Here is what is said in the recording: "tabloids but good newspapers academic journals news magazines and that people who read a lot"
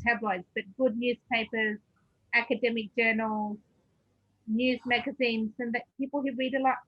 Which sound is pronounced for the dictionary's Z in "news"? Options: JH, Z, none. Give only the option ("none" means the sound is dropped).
Z